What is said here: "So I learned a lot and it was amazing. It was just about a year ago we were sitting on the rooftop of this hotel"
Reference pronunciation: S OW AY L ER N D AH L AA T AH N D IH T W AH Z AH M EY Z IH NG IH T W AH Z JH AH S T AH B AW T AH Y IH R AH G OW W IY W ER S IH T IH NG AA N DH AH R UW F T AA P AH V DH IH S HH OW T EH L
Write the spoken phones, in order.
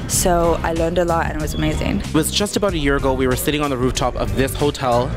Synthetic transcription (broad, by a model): S OW AY L ER N D AH L AA T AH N IH T W AH Z AH M EY Z IH NG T W AH Z JH AH S T AH B AW T AH Y IH R AH G OW W IY W ER S IH T IH NG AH N DH AH R UW F T AA P AH V DH IH S HH OW T EH L